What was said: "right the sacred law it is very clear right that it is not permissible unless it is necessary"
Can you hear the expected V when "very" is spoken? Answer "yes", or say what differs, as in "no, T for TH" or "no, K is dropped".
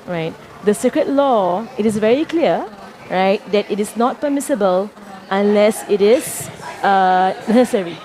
yes